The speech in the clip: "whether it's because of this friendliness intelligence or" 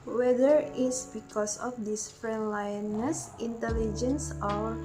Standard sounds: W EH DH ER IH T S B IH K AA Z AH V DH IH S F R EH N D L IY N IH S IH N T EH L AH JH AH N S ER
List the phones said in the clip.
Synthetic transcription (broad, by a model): W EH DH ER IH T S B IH K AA S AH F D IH S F R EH N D L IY N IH S IH N T EH L AH JH AH N S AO